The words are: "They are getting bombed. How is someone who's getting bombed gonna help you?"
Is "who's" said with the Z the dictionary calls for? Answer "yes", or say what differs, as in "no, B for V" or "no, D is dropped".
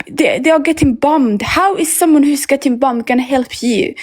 no, S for Z